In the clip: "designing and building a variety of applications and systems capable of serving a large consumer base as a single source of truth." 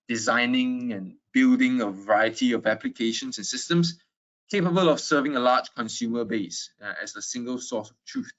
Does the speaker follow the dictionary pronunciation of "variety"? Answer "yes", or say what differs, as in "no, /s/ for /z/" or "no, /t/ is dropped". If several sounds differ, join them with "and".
yes